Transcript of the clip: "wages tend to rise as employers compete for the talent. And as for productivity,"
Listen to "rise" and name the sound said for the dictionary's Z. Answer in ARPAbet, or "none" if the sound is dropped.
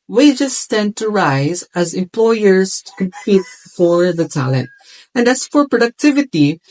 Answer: Z